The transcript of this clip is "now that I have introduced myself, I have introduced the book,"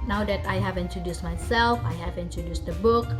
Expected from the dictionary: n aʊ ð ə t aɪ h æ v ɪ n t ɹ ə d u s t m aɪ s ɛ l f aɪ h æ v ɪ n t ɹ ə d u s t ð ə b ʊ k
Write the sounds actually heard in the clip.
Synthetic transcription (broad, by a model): n aʊ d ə t aɪ h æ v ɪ n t ɹ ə d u s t m aɪ s ɛ l f aɪ h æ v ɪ n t ɹ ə d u s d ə b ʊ k